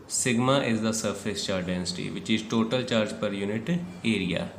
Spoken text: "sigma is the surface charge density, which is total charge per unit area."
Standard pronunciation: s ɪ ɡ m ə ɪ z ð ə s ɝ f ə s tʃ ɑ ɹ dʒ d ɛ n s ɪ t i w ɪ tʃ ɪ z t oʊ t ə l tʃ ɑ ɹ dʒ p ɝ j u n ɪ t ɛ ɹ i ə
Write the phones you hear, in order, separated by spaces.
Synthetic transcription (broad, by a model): s ɪ ɡ m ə ɪ z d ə s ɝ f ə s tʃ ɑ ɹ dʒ d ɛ n s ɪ t i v ɪ tʃ ɪ z t oʊ t ə l tʃ ɑ ɹ dʒ p ɝ j u n ɪ t ɛ ɹ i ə